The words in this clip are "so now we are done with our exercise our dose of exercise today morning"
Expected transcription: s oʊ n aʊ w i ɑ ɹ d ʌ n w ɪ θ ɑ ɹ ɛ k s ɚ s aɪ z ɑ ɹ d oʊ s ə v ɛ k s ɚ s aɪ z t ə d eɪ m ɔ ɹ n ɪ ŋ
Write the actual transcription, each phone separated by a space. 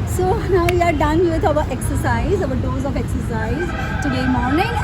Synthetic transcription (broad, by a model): s oʊ n aʊ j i ɑ ɹ d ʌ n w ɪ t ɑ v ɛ k s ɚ s aɪ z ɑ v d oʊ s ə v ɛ k s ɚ s aɪ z t ə d eɪ m ɔ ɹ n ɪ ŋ